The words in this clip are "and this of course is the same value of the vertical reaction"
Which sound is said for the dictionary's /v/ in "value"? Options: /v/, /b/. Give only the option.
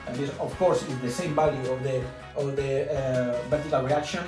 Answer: /b/